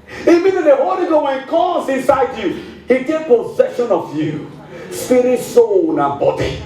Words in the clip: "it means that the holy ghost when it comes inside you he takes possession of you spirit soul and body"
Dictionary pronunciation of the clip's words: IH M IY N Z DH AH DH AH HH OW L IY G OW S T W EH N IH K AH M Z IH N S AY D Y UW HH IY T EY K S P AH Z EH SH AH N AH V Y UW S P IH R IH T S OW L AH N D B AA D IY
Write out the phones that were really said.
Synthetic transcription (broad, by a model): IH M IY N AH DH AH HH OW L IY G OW W EH N IH K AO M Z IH N S AY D Y UW HH IY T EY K P AH Z EH SH AH N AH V Y UW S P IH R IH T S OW N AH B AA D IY